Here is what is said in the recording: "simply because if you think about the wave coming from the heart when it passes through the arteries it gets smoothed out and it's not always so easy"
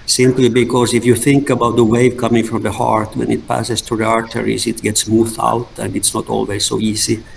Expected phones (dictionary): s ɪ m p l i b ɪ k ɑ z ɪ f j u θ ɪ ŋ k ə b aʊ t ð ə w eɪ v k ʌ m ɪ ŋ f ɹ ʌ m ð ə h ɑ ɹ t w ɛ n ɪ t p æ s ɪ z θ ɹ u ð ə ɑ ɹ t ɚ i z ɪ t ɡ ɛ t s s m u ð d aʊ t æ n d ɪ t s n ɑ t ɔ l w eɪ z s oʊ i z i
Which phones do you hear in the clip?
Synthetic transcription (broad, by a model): s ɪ m p l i b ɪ k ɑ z ɪ f j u θ ɪ ŋ k ə b aʊ t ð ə w eɪ v k ʌ m ɪ ŋ f ɹ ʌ m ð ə h ɑ ɹ t w ɛ n ɪ t p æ s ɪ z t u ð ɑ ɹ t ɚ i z ɪ t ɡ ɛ t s s m u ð aʊ t æ n d ɪ t s n ɑ t ɔ l w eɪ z s oʊ i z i